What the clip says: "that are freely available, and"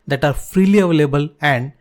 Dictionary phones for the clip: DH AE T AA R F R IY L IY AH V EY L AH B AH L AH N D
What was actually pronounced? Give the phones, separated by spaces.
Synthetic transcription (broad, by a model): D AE T AA R F R IY L IY AH V EY L AH B AH L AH N D